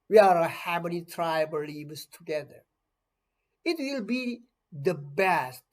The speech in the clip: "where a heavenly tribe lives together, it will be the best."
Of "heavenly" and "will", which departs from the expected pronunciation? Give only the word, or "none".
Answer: heavenly